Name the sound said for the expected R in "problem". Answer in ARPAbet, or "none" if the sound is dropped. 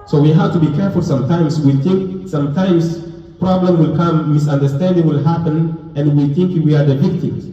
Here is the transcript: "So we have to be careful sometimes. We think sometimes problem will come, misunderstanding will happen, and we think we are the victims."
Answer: R